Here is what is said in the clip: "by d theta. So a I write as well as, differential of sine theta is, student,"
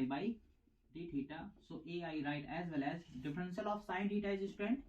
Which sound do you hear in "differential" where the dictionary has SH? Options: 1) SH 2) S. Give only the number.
2